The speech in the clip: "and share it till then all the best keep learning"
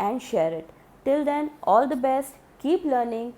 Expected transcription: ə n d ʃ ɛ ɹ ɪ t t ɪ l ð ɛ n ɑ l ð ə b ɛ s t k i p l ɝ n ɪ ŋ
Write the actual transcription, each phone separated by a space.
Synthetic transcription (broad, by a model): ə n d ʃ ɛ ɹ ɪ t t ɪ l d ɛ n ɑ l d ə b ɛ s t k i p l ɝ n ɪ ŋ